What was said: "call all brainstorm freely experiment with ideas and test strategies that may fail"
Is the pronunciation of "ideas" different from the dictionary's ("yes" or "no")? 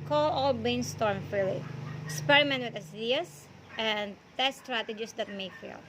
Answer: yes